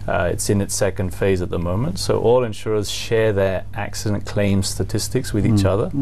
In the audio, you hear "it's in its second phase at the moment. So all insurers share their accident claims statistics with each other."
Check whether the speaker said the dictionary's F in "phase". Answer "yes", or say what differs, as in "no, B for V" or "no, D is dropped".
yes